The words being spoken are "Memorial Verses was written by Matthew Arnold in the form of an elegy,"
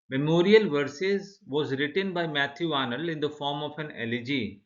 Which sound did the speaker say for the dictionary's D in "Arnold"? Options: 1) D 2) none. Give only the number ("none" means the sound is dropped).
2